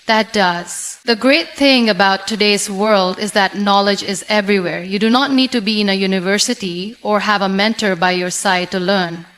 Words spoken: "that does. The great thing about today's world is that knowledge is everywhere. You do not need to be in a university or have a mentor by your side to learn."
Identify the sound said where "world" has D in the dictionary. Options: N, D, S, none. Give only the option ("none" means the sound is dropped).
D